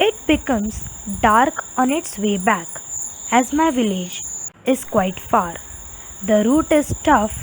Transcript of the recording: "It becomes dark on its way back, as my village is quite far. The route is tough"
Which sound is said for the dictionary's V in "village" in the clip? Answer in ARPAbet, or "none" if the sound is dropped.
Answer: V